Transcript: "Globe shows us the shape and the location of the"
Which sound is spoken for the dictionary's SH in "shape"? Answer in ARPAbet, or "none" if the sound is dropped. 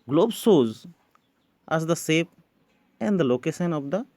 S